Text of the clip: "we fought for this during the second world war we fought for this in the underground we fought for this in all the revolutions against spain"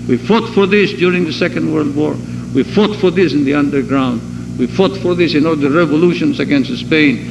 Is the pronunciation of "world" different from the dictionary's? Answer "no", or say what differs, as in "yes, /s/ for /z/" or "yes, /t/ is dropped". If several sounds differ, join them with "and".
no